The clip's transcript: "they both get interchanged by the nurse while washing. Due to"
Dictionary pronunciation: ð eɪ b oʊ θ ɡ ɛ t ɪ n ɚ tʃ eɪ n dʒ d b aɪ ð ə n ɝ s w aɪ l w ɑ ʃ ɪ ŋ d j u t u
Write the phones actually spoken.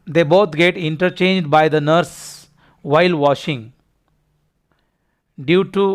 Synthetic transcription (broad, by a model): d eɪ b oʊ t ɡ ɛ t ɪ n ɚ tʃ eɪ n dʒ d b aɪ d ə n ɝ s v aɪ l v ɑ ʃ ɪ ŋ d j u t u